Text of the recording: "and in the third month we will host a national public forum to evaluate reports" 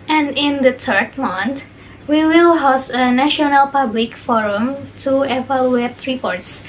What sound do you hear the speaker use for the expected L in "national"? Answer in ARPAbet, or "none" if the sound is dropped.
L